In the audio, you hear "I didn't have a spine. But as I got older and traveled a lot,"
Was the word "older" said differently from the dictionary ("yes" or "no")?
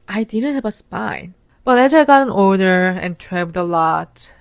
yes